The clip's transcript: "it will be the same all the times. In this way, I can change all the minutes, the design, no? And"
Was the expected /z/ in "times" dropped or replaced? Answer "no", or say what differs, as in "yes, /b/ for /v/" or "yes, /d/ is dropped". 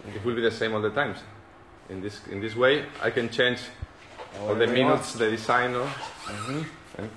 yes, /s/ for /z/